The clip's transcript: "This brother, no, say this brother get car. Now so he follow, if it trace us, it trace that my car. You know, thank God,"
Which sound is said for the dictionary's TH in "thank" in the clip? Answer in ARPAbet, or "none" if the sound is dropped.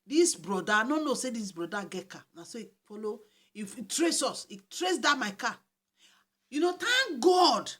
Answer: T